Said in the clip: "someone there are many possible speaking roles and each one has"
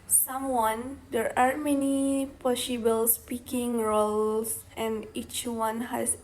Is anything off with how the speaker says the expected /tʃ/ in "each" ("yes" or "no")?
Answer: no